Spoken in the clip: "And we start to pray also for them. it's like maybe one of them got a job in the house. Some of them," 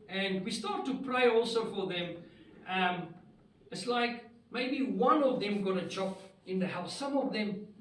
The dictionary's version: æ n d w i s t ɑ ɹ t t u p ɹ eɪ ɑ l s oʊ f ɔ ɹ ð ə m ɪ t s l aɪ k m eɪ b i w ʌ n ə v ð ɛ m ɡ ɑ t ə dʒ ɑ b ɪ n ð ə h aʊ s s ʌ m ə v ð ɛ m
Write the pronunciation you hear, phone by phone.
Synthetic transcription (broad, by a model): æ n d w i s t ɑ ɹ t t u p ɹ eɪ ɑ l s oʊ f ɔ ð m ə m ɪ t s l aɪ k m eɪ b i w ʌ n ə v ð ɛ m ɡ ɑ t ə tʃ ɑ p ɪ n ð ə h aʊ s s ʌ m ə v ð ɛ m